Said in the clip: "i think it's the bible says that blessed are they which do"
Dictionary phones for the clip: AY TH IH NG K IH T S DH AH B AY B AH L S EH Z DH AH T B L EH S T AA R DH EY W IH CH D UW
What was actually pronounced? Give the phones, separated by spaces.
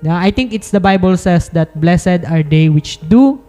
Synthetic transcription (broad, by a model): AY T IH NG K IH T S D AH B AY B AH L S EH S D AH T B L EH S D AA R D EY W IH CH D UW